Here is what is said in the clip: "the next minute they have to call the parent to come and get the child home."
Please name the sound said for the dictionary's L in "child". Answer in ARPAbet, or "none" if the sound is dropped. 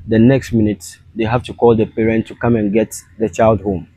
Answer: L